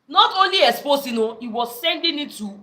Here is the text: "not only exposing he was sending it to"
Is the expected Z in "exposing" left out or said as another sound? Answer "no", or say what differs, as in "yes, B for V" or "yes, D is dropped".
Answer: yes, S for Z